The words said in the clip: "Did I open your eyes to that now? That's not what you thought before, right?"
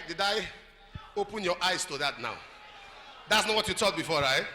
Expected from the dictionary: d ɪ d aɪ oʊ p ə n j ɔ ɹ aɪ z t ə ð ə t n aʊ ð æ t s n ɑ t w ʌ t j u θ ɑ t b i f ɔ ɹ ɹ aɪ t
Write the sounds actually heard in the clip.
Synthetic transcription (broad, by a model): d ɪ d aɪ oʊ p ə n j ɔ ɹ aɪ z t ə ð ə t n aʊ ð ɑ t s n ɑ t w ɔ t j u t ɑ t b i f ɔ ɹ ɹ aɪ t